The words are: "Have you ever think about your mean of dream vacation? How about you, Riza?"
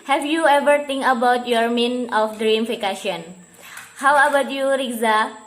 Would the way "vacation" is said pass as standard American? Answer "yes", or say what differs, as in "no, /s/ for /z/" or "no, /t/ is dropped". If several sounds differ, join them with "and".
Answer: no, /f/ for /v/